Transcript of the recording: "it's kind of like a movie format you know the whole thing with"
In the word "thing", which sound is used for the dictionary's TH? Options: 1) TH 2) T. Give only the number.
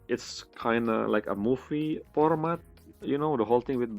2